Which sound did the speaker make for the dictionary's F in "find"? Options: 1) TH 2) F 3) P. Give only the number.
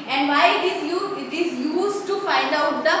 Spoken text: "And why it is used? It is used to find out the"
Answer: 2